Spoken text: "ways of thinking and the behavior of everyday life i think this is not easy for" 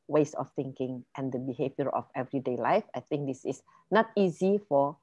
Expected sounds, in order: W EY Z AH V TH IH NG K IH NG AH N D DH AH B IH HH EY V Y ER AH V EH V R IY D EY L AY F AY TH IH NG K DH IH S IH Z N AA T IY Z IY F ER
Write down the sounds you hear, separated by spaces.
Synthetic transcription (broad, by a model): W EY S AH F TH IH NG K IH NG AH N D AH B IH HH EY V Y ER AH F EH V R IY D EY L AY F AY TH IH NG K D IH S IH S N AA T IY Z IY F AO